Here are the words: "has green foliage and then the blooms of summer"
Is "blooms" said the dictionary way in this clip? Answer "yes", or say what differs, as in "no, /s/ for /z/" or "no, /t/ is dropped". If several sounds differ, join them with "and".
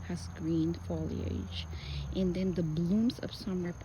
yes